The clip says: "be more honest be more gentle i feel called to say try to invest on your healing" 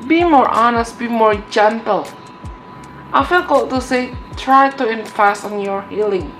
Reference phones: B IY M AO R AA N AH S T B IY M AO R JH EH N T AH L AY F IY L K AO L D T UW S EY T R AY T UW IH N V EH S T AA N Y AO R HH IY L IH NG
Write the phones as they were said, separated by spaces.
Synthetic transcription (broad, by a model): B IY M AO R AA N AH S T B IY M AO R JH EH N T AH L AY F IY L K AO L T UW S EY T R AY T UW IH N F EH S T AA N Y AO R HH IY L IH NG